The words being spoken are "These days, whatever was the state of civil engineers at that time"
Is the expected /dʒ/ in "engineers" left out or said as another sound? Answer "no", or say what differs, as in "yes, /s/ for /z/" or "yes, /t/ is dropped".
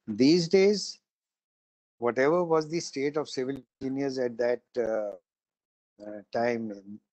yes, /dʒ/ is dropped